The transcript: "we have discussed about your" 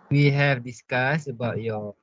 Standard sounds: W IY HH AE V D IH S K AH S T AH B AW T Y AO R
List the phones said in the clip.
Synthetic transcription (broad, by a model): W IY HH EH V D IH S K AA S AH B AW T Y AO